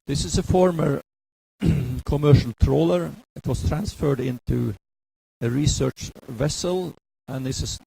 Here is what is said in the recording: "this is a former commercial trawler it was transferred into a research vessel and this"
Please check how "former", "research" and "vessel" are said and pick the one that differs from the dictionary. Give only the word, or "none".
none